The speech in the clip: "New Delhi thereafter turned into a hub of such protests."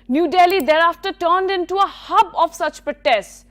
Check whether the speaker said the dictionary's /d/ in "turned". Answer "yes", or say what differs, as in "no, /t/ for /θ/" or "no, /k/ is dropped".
yes